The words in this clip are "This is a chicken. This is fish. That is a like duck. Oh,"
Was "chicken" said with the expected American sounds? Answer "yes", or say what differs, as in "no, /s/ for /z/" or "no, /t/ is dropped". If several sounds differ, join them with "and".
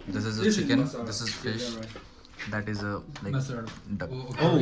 no, /s/ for /tʃ/